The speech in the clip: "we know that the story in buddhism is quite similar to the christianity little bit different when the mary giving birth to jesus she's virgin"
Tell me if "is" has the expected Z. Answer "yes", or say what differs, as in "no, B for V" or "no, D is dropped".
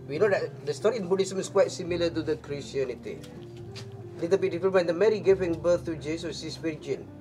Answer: no, S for Z